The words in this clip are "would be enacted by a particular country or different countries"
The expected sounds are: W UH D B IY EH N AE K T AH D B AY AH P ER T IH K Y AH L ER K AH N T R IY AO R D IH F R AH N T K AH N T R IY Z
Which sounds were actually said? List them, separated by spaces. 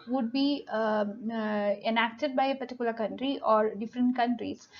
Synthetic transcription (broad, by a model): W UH D B IY EH N AE K T AH D B AY AH P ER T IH K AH L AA K AH N T R IY AO R D IH F R AH N T K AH N T R IY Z